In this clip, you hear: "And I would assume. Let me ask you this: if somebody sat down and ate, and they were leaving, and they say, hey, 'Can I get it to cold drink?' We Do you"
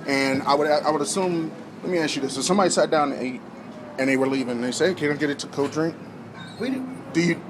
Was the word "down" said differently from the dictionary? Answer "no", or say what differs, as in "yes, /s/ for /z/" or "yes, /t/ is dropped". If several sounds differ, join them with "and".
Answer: yes, /n/ is dropped